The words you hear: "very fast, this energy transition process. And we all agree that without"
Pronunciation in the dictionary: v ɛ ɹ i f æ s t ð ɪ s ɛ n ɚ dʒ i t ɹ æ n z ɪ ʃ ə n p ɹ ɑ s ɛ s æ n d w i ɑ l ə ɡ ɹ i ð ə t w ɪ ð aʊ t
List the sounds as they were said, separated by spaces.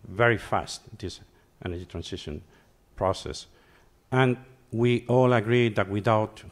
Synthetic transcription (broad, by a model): v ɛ ɹ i f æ s t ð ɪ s ɛ n ɚ dʒ i t ɹ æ n s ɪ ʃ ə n p ɹ ɑ s ɛ s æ n w i ɑ l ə ɡ ɹ i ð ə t w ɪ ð aʊ t